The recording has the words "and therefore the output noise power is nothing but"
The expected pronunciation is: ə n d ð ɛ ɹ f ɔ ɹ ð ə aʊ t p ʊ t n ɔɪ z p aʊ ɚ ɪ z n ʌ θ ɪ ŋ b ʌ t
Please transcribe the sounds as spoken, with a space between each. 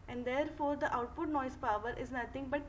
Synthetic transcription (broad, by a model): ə n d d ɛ ɹ f ɔ ɹ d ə aʊ t p ʊ t n ɔɪ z p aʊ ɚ ɪ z n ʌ t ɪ ŋ b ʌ t